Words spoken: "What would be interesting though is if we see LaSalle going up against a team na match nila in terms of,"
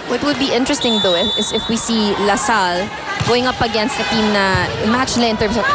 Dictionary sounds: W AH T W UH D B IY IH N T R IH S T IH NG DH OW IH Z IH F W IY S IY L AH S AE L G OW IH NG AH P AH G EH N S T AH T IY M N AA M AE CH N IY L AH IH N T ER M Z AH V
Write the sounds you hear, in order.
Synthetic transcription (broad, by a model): W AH T W UH D B IY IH N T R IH S T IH NG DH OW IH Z IH F W IY S IY L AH S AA L G OW IH NG AH P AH G EH N S T AH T IY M N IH M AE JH N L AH IH N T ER M S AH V